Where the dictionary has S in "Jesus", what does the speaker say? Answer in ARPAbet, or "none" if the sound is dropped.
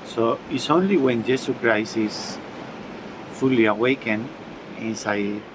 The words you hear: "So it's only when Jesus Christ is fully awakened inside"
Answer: none